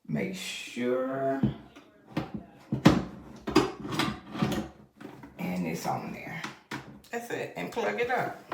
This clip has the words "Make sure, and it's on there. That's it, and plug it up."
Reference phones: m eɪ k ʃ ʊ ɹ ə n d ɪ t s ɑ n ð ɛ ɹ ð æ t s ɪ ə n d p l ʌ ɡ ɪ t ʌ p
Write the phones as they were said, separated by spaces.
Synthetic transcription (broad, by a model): m eɪ k ʃ ʊ ɹ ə n ɪ t s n ð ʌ ɹ ð æ t s ɪ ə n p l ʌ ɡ ɪ t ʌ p